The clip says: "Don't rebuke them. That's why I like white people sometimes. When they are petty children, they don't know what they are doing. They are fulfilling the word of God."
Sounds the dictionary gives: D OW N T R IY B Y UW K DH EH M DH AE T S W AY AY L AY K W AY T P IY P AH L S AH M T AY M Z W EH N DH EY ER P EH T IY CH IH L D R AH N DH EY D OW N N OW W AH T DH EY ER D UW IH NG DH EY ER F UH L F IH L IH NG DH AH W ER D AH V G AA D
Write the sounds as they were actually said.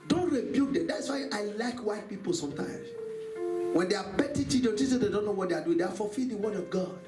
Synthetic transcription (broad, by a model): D OW N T R IY B Y UW K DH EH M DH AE T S W AY AY L AY K W AY T P IY P AH L S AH M T AY M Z W EH N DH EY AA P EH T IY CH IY D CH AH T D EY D OW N N OW W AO T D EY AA D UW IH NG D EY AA F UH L F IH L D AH W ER D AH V G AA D